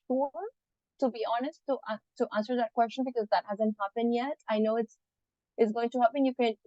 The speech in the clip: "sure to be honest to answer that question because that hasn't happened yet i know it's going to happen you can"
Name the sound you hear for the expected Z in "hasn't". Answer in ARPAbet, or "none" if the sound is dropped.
Z